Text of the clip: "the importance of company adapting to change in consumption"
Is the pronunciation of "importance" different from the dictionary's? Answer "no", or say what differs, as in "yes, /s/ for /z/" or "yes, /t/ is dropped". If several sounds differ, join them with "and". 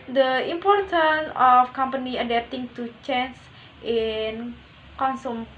yes, /s/ is dropped